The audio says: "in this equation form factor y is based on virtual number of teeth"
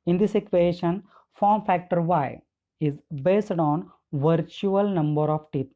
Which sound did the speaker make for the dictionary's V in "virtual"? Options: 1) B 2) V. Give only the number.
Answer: 2